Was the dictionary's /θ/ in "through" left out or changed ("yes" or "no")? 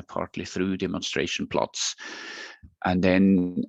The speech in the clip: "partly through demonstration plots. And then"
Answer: no